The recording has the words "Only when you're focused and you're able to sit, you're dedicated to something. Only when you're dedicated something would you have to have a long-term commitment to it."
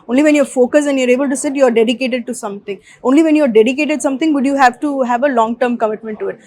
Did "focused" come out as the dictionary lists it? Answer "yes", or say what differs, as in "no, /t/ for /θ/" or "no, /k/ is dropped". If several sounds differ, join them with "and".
no, /t/ is dropped